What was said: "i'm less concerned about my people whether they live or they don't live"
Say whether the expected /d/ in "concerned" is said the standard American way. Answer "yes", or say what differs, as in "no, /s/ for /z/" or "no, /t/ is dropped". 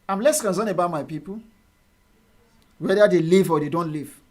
no, /d/ is dropped